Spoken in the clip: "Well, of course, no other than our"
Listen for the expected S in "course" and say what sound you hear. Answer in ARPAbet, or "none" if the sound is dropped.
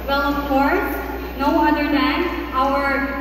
none